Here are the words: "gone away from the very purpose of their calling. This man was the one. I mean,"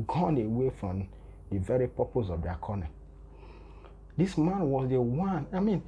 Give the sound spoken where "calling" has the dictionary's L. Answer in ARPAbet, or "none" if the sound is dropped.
N